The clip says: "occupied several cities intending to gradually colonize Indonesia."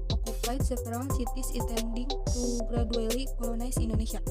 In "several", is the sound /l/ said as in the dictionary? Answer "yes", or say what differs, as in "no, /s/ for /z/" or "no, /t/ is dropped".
no, /n/ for /l/